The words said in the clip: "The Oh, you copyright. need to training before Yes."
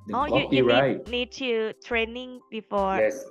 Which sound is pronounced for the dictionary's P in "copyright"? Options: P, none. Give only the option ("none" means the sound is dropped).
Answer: none